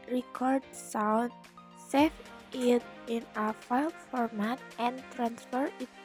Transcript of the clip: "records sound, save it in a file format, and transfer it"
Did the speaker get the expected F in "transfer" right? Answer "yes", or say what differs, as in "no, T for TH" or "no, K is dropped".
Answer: yes